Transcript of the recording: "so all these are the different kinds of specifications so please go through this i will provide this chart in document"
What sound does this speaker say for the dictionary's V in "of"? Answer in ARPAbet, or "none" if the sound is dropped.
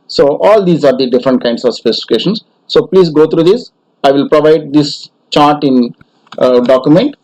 V